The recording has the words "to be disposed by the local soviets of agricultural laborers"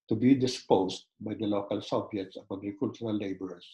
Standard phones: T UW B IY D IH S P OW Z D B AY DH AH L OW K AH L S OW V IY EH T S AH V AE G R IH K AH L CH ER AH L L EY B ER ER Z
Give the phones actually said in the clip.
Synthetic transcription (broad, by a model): T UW B IY D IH S P OW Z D B AY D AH L OW K AH L S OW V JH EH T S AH B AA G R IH K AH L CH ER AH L L EY B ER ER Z